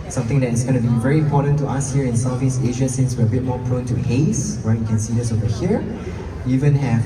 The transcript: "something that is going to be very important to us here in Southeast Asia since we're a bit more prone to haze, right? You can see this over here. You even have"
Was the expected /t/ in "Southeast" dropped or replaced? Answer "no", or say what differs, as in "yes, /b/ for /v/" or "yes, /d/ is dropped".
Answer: yes, /t/ is dropped